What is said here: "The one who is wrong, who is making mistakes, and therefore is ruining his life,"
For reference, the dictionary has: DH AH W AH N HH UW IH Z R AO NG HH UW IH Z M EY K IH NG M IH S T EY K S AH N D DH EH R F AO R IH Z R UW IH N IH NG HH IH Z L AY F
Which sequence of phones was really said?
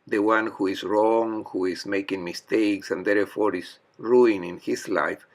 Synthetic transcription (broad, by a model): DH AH W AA N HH UW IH S R AO NG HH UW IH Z M EY K IH NG M IH S T EY K S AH N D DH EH R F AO R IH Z R UW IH N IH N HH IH S L AY F